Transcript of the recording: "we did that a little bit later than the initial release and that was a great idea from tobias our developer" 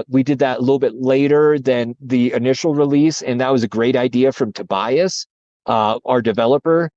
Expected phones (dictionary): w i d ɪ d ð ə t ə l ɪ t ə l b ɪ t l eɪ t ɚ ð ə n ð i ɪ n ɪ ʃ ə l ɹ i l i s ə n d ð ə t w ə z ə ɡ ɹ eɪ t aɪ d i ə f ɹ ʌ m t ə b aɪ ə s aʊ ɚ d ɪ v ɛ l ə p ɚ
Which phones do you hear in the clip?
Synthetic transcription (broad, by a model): w i d ɪ d ð ə t ə l ɪ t l b ɪ t l eɪ t ɚ ð ə n ð i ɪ n ɪ ʃ l ɹ i l i s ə n ð ə t w ə z ə ɡ ɹ eɪ t aɪ d i ə f ɹ ʌ m t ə b aɪ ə s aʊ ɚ d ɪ v ɛ l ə p ɚ